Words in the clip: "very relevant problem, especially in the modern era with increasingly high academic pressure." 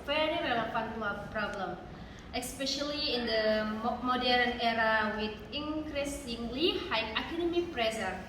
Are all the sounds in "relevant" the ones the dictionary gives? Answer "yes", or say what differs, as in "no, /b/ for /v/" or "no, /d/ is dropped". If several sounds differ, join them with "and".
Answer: no, /p/ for /v/